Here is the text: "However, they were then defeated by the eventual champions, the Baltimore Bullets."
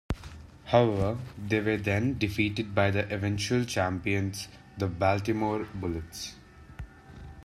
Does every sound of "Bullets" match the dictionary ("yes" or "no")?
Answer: yes